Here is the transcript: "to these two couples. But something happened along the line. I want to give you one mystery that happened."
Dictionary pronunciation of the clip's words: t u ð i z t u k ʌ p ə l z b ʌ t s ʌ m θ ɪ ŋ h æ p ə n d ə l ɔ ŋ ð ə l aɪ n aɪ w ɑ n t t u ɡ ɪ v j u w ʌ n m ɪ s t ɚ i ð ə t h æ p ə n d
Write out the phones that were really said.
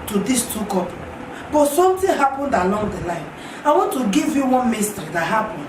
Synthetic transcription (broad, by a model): t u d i s t u k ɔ p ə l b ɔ t s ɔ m t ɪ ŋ h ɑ p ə n d ə l ɔ ŋ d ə l aɪ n aɪ w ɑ n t t u ɡ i v j u w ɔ n m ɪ s t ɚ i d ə t h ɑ p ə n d